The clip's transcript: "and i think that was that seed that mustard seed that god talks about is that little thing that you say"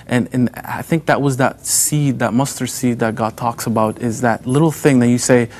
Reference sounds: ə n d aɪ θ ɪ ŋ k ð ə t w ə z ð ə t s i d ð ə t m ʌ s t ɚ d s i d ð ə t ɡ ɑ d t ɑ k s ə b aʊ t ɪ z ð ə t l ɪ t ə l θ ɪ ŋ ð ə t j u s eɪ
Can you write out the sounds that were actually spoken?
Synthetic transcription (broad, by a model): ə n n aɪ θ ɪ ŋ k ð ə t w ə z ð ə t s i d ð ə t m ʌ s t ɚ s i d ð ə t ɡ ɑ d t ɑ k s ə b aʊ t ɪ z ð ə t l ɪ t l θ ɪ ŋ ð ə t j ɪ s eɪ